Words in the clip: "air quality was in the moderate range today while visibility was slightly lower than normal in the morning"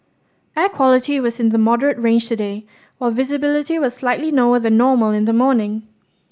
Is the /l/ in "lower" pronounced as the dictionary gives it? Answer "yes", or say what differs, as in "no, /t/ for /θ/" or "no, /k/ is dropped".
no, /n/ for /l/